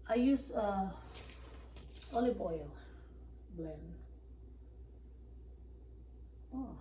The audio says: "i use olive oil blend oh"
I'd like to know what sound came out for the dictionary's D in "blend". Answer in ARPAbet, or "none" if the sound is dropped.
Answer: none